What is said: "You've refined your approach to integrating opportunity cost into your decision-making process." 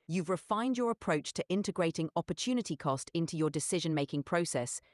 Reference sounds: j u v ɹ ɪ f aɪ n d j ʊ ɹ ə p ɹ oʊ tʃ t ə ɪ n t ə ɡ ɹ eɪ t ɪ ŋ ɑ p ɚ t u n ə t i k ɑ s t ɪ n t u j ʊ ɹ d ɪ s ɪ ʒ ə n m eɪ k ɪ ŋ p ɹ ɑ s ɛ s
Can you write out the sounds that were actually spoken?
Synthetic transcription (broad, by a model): j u v ɹ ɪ f aɪ n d j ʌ ɹ ə p ɹ oʊ tʃ t ə ɪ n t ə ɡ ɹ eɪ t ɪ ŋ ɑ p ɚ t u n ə t i k ɑ s t ɪ n t u j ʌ d ɪ s ɪ ʒ ə n m eɪ k ɪ ŋ p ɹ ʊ s ɛ s